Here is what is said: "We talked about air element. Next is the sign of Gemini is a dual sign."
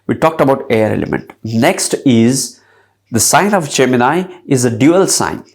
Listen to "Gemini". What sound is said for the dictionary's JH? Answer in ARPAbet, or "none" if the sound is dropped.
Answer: CH